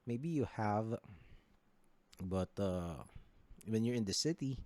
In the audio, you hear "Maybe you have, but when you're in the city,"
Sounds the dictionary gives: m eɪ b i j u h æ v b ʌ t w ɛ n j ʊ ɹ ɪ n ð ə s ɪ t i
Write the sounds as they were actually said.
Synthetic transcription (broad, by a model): m eɪ b i j u h æ v b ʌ t w ɛ n j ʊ ɹ ɪ n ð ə s ɪ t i